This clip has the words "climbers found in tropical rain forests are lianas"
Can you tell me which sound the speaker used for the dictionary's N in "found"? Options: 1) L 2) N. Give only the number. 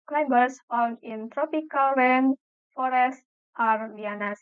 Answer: 1